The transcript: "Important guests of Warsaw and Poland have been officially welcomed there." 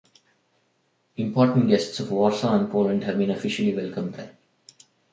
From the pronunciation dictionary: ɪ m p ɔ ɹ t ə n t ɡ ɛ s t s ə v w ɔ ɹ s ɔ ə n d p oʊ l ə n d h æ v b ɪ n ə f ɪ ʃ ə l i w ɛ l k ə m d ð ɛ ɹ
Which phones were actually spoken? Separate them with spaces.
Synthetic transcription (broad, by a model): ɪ m p ɔ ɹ t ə n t ɡ ɛ s t s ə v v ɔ ɹ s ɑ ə n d p oʊ l ə n d h æ v b ɪ n ə f ɪ ʃ ə l i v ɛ l k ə m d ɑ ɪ